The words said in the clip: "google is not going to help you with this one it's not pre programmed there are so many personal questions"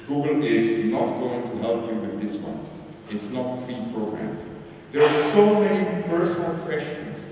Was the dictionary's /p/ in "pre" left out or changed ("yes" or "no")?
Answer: yes